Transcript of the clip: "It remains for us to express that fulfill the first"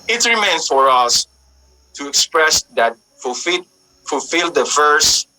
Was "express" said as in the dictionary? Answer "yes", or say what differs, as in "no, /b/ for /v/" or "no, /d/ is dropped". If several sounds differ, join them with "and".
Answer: yes